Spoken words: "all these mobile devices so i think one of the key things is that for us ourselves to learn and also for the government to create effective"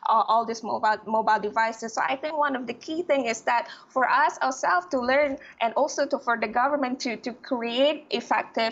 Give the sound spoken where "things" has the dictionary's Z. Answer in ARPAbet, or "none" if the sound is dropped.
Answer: none